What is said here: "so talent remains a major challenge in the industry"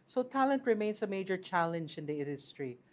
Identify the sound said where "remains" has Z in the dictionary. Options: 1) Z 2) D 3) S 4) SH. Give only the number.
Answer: 3